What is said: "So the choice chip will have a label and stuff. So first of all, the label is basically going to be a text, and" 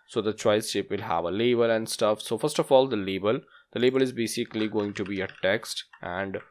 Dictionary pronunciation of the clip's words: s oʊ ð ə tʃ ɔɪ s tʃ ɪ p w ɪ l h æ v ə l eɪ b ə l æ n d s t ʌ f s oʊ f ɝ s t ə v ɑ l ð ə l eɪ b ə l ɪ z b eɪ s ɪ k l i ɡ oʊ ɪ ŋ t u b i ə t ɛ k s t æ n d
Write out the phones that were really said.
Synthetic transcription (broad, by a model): s oʊ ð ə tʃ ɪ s ʃ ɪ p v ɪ l h æ v ə l eɪ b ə l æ n d s t ʌ f s oʊ f ɝ s t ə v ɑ l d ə l eɪ b ə l ɪ z b eɪ s ɪ k l i ɡ oʊ ɪ ŋ t u b i ə t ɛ k s t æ n d